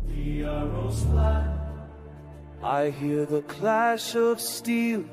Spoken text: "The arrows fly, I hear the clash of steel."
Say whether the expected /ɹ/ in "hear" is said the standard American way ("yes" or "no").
yes